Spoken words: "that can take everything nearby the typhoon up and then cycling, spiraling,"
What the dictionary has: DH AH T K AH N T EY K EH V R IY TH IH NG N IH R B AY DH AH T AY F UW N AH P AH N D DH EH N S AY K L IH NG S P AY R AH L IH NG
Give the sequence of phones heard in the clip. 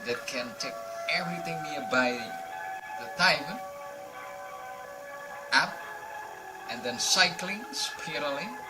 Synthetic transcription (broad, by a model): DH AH T K AH N T EY K EH V R IY TH IH NG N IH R B AY DH AH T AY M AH AE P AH N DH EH N S AY K L IH NG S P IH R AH L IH